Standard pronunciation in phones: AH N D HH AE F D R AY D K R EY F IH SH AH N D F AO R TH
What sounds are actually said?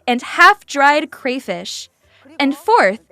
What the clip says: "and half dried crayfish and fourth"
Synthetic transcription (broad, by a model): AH N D HH AE F D R AY D K R EY F IH SH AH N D F AO R TH